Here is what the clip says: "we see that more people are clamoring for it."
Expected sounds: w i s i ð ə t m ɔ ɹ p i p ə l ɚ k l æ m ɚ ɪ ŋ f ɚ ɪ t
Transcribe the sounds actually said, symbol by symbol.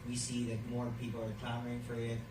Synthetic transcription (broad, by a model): w i s i ð ə t m ɔ ɹ p i p l ɚ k æ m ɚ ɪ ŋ f ɚ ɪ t